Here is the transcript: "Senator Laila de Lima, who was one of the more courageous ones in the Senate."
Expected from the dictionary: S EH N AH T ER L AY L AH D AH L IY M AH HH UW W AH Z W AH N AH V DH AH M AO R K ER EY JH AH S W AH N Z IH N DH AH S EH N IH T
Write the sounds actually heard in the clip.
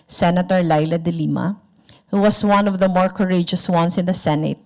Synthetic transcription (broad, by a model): S EH N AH T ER L AY L AH D AH L IY M AH HH UW W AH S W AH N AH V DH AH M AO R K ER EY JH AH S W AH N S IH N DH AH S EH N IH T